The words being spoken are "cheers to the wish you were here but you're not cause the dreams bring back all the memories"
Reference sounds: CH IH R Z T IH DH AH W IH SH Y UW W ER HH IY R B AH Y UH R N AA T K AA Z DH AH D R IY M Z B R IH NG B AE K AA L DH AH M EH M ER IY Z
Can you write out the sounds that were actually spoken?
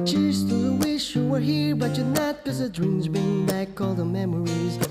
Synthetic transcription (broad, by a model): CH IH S T IH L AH W IH SH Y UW W ER HH IY R B AH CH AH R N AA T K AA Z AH D R IY M Z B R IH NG B AE K AA L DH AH M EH M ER IY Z